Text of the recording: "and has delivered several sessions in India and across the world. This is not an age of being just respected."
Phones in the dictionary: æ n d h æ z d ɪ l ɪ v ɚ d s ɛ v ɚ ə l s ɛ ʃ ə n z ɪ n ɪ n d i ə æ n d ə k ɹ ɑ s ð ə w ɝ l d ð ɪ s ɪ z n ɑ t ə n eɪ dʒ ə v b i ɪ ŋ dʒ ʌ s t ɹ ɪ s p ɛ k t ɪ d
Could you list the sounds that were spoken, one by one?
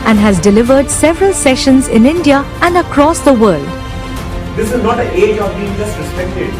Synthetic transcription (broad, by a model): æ n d h æ z d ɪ l ɪ v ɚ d s ɛ v ɚ ə l s ɛ ʃ ə n z ɪ n ɪ n d i ə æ n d ə k ɹ ɑ s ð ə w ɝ l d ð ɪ s ɪ z n ɑ t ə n eɪ dʒ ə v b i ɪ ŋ dʒ ʌ s t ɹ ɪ s p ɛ k t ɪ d